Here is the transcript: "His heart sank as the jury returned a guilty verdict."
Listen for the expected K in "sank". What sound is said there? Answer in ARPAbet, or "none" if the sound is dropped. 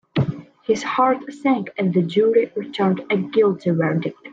K